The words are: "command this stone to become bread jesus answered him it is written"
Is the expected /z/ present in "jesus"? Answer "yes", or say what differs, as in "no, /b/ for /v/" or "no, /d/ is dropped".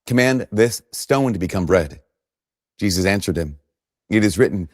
yes